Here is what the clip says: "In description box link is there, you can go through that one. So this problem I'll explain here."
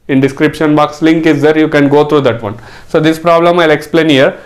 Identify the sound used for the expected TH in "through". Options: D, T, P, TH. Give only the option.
T